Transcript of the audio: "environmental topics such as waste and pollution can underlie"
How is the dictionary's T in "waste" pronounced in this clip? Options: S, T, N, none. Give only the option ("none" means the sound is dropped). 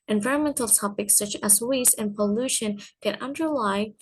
none